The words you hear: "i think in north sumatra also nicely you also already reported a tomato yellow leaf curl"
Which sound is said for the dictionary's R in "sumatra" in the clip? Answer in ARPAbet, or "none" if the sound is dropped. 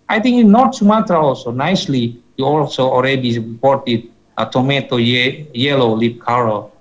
none